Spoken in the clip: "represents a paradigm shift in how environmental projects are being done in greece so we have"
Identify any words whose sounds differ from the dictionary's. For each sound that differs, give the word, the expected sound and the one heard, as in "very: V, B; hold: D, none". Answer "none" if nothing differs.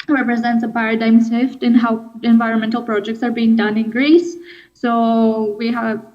shift: SH, S